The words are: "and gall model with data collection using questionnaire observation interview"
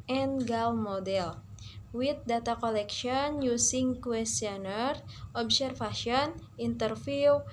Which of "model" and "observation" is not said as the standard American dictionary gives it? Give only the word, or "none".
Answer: observation